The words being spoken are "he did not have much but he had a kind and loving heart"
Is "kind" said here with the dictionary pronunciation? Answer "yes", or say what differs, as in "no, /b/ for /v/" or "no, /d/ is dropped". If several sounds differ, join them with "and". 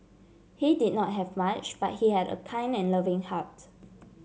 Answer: no, /d/ is dropped